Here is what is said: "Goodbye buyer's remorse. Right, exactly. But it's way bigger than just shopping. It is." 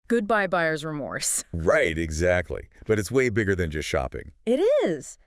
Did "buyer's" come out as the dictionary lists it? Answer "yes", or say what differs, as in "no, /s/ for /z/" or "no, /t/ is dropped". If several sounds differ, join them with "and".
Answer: yes